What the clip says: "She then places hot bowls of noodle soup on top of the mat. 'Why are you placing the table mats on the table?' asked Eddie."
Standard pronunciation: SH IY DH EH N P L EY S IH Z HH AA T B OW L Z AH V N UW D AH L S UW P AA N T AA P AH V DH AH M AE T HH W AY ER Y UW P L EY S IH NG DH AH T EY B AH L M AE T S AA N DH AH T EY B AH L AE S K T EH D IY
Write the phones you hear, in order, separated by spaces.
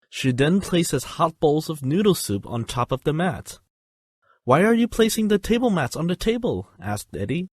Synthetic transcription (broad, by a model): SH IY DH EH N P L EY S IH Z HH AA T B OW L Z AH V N UW D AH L S UW P N T AA P AH V DH AH M AE T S W AY ER Y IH P L EY S IH NG DH AH T EY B L M AE T S N DH AH T EY B AH L AE S K T EH D IY